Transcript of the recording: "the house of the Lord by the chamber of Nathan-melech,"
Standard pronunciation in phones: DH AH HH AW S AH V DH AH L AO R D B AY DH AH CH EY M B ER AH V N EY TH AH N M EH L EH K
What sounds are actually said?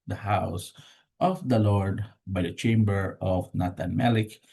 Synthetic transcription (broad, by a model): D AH HH AW S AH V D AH L AO R D B AY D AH CH EY M B ER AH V N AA T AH N M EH L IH K